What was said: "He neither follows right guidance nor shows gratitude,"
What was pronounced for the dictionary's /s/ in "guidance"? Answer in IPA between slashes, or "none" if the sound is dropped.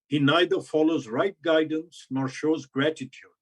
/s/